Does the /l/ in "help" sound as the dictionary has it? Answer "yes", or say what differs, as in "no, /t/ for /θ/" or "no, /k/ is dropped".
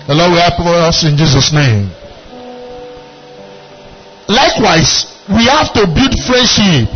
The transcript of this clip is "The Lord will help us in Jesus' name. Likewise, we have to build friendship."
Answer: no, /l/ is dropped